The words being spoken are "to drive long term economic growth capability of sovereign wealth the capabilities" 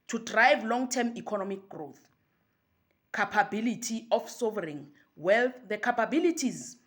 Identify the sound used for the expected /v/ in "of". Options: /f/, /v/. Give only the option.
/f/